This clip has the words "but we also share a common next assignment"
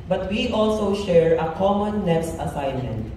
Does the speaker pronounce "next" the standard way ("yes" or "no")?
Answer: no